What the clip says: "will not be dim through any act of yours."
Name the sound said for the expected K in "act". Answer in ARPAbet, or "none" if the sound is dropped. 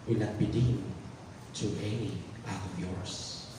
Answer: none